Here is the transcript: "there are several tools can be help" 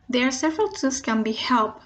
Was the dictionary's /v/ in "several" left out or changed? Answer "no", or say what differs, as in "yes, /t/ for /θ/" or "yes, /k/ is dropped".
no